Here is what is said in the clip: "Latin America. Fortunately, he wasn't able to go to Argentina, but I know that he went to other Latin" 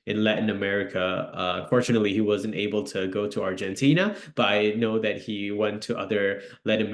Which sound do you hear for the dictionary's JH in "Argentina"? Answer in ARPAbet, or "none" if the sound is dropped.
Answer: JH